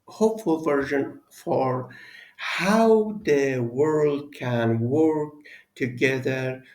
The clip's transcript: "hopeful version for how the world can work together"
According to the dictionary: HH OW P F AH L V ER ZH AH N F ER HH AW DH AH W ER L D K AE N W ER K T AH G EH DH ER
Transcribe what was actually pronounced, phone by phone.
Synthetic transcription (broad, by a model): HH OW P F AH L V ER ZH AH N F ER HH AW DH AH W ER L D K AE N W ER K T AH G EH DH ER